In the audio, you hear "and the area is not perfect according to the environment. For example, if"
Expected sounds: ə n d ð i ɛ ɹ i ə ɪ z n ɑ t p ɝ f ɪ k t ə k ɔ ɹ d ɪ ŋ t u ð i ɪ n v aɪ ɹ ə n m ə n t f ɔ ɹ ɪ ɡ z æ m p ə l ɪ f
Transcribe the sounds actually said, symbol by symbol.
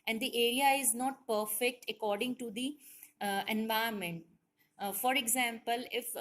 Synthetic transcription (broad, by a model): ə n d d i ɛ ɹ i ə ɪ z n ɑ t p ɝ f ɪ k t ə k ɔ ɹ d ɪ ŋ t u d i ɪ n v aɪ ə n m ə n t f ɔ ɹ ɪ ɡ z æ m p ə l ɪ f